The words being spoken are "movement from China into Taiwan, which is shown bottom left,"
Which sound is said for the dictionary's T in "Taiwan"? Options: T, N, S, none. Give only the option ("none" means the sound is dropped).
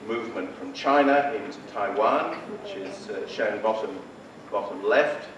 T